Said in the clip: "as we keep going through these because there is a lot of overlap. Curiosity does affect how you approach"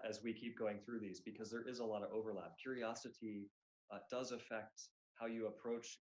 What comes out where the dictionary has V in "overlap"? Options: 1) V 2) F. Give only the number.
1